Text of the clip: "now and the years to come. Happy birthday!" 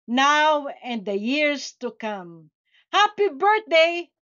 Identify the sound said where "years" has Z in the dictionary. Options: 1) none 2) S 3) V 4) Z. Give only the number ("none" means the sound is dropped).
2